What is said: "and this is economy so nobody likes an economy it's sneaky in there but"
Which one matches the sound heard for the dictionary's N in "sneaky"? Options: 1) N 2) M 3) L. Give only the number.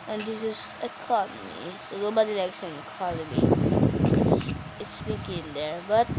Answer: 3